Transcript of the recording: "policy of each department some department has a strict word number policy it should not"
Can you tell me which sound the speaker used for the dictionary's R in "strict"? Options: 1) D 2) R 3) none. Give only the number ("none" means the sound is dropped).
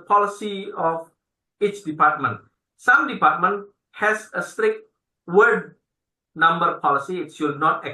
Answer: 2